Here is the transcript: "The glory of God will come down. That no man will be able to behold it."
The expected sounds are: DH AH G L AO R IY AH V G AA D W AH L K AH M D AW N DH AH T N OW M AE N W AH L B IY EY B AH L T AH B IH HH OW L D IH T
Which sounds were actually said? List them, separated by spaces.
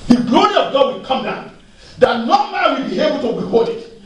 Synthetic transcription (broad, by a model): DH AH G L AO R IY AH V G AA D W AH L K AH M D AW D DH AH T N OW M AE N W AH L B IY EY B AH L T AH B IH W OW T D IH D